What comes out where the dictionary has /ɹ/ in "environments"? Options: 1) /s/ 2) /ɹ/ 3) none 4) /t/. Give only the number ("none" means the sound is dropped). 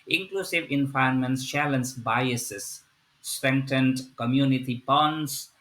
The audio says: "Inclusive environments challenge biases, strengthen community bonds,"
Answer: 3